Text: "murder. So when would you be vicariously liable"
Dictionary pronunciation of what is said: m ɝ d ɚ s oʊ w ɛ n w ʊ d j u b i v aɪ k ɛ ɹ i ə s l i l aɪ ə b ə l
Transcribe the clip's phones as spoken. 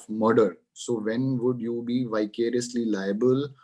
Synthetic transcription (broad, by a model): m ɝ d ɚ s oʊ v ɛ n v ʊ d j u b i v aɪ k ɛ ɹ i ə s l i l aɪ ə b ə l